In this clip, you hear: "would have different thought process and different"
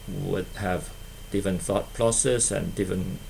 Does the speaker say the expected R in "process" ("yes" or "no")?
no